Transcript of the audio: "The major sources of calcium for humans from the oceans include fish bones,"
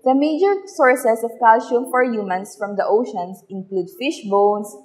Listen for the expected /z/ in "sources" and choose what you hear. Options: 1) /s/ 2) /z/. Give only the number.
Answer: 1